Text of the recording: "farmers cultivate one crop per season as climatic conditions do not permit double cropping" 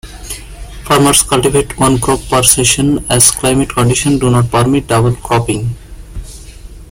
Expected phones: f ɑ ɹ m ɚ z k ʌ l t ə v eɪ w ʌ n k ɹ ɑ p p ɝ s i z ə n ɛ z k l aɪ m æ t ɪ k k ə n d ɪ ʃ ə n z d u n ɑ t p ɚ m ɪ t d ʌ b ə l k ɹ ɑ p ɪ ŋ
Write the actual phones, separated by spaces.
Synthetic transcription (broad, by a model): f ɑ ɹ m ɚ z k ʌ l t ə v eɪ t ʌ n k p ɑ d s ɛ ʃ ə n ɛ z k l aɪ m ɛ t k k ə n d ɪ ʃ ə n d u n ɑ t p ɚ m ɪ t d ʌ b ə l k ɑ p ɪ ŋ